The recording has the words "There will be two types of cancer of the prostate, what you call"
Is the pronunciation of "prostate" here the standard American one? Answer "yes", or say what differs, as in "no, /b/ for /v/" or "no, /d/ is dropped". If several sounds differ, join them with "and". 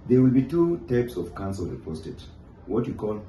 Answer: no, /ɹ/ is dropped